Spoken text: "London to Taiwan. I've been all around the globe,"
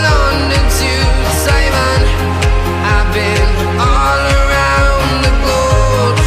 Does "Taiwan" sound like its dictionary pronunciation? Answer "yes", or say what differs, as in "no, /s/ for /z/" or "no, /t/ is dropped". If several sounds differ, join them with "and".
no, /s/ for /t/